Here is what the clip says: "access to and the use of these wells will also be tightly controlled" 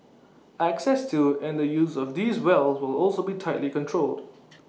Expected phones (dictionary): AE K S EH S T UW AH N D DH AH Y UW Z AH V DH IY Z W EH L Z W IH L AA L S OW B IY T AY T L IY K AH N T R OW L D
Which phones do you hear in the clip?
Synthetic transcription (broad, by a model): AE K S EH S T UW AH N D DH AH Y UW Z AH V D IY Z W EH L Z W IH L AA L S OW B IY T AY T L IY K AH N T R OW L D